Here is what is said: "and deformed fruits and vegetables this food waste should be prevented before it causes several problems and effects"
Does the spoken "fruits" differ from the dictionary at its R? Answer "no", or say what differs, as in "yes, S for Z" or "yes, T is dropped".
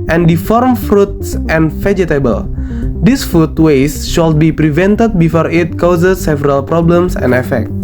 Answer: no